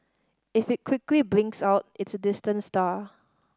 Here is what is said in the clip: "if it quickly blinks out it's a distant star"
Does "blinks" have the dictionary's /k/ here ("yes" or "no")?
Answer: yes